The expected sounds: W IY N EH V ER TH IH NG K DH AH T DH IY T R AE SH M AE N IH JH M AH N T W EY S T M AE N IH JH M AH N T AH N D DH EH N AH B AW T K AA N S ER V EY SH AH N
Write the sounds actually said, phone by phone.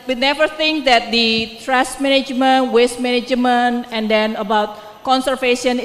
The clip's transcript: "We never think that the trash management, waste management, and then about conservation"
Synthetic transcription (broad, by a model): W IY N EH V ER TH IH NG K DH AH T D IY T R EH S M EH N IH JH M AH N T W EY S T M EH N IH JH M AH N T AH N D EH N AH B AW T K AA N S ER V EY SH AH N